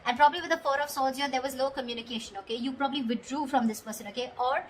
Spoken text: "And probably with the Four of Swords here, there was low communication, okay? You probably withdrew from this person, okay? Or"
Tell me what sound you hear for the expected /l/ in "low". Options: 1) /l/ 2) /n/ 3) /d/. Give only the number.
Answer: 1